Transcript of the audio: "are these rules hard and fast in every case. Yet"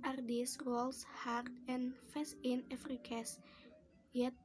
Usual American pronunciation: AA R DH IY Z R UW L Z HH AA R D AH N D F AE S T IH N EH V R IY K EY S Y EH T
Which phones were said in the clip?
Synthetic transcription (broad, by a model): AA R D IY S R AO L S HH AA R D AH N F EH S IH N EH F R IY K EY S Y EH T